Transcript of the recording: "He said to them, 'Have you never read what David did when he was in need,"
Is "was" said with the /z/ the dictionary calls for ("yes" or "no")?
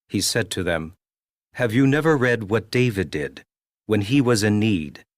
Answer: yes